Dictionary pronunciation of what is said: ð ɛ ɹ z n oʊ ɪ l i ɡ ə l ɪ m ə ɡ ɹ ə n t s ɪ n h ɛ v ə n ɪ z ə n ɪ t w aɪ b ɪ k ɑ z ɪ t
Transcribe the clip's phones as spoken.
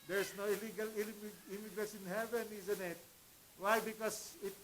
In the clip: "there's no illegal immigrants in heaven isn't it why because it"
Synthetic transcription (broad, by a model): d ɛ ɹ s n oʊ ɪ l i ɡ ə l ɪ m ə ɡ ɹ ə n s ɪ n h ɛ v ə n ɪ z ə n ɪ t w aɪ b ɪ k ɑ s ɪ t